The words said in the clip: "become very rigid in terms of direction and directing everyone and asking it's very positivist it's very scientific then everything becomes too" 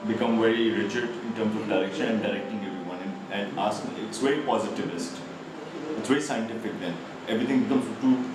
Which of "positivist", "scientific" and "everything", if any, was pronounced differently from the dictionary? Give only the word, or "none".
everything